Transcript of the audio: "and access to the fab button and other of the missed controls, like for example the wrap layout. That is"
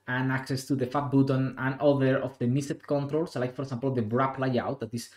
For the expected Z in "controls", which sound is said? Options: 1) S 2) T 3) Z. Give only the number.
1